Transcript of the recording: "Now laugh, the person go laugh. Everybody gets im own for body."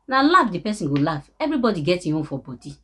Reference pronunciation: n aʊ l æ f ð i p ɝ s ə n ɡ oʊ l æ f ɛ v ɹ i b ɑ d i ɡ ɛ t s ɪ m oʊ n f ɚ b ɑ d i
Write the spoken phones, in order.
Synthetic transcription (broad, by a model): n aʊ l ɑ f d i p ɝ s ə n ɡ oʊ l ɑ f ɛ v ɹ i b ɑ d i ɡ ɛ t i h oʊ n f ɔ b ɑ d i